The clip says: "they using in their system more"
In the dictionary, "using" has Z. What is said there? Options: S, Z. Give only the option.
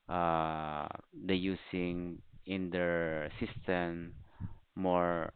S